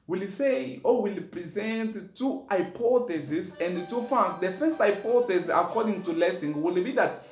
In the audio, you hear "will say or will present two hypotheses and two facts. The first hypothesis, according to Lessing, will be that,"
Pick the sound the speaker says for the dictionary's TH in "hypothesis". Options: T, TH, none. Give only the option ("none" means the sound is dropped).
T